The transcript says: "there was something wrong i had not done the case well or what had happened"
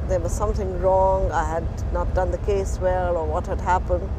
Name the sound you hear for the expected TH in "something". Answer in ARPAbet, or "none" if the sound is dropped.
TH